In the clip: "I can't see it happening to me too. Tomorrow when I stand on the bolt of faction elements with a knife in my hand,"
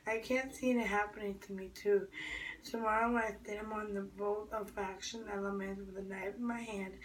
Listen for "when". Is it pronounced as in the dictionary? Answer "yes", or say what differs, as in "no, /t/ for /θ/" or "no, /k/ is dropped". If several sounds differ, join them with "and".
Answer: no, /l/ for /n/